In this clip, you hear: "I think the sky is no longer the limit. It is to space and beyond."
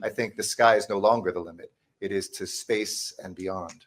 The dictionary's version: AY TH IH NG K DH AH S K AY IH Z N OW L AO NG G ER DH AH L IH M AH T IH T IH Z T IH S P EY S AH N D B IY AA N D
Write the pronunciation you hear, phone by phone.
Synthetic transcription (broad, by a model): AY TH IH NG K DH AH S K AY IH Z N OW L AO NG G ER DH AH L IH M AH T IH T IH Z T IH S P EY S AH N B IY AA N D